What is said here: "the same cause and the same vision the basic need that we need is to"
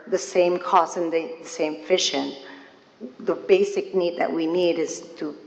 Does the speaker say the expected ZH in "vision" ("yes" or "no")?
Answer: no